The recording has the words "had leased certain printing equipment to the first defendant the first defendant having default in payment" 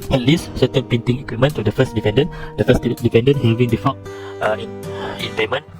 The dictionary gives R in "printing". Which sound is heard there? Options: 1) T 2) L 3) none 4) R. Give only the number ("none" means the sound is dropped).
3